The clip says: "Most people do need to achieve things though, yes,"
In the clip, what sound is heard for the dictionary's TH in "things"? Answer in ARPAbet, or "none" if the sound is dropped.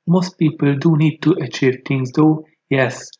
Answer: T